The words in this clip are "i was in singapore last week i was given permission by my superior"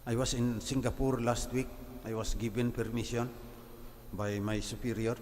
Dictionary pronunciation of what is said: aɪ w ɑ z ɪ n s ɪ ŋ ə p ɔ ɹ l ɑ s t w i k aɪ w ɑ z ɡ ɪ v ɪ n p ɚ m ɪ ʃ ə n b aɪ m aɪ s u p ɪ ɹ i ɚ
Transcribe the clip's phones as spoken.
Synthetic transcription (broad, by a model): aɪ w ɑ s ɪ n s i ŋ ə p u ɹ l ɑ s t w i k aɪ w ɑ s ɡ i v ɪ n p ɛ m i s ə n b aɪ m aɪ s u p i ɹ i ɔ